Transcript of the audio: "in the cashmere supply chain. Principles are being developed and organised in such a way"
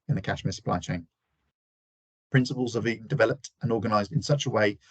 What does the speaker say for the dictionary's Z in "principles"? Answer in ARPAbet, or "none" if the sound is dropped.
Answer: Z